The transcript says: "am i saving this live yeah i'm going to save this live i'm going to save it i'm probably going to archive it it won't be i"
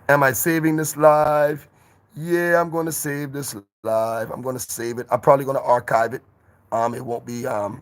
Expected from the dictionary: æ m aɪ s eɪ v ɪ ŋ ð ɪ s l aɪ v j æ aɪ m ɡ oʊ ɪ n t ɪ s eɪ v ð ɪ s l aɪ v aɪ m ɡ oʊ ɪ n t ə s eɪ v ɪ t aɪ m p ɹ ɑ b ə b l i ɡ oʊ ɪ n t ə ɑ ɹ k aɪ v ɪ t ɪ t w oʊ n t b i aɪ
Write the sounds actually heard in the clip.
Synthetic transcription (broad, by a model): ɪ m aɪ s eɪ v ɪ ŋ ð ɪ s l aɪ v j æ aɪ m ɡ oʊ ɪ n t ɪ s eɪ v ð ɪ s l aɪ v aɪ m ɡ oʊ ɪ n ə s eɪ v ɪ t aɪ m p ɹ ɑ b ə b l i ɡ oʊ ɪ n t ɑ ɹ k aɪ v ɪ t ɪ t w oʊ n b i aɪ